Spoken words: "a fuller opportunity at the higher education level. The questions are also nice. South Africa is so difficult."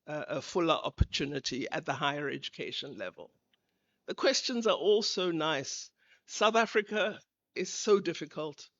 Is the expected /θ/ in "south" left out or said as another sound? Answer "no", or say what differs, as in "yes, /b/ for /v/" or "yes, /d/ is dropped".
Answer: no